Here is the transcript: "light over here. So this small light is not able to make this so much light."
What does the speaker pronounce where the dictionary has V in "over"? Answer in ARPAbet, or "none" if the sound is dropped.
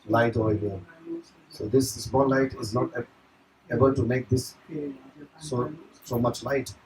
none